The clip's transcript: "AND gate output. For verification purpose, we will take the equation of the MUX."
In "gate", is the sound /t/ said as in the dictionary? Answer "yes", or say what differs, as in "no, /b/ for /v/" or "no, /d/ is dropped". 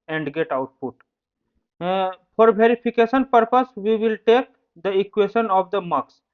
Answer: yes